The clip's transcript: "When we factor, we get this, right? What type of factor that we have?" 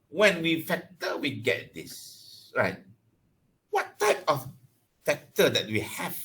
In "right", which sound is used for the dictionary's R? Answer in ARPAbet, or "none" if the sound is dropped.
R